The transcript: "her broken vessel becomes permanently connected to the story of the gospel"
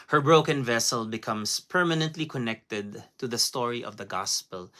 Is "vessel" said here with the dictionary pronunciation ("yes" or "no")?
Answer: yes